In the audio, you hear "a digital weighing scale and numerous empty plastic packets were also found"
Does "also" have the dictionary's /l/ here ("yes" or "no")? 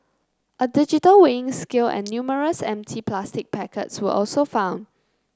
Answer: yes